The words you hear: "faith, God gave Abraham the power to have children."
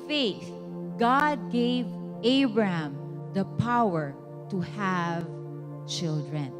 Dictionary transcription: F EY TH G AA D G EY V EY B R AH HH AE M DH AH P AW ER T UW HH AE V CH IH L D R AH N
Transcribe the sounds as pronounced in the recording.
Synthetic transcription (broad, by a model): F EY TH G AA D G EY V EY B R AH HH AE M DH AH P AW ER T UW HH AE V CH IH L D R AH N